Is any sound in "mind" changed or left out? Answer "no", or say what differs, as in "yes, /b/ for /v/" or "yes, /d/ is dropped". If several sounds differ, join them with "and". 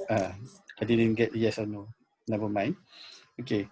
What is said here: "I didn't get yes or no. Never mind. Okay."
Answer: yes, /d/ is dropped